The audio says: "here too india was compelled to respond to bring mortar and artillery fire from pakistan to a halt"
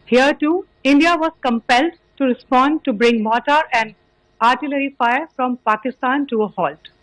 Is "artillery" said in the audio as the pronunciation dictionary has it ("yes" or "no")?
yes